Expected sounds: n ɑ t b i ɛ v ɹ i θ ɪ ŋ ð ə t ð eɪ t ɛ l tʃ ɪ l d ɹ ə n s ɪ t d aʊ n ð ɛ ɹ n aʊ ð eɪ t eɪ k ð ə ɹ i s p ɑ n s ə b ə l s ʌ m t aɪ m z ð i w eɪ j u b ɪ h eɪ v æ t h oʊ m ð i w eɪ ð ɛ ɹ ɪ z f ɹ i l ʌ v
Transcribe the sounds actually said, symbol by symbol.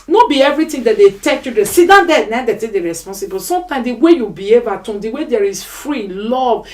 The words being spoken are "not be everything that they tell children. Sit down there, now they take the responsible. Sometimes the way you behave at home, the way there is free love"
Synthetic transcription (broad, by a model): n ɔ b i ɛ v ɹ i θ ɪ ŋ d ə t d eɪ t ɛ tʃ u d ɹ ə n s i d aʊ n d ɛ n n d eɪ t eɪ k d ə ɹ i s p ɑ n s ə b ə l s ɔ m t aɪ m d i w eɪ j u b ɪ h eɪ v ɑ t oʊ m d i w eɪ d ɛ ɹ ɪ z f ɹ i l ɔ v